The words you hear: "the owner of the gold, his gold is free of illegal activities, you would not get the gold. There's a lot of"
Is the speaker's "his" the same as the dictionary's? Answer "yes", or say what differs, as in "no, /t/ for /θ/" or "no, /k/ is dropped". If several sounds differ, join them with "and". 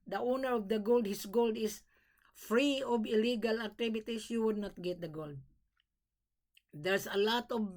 no, /s/ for /z/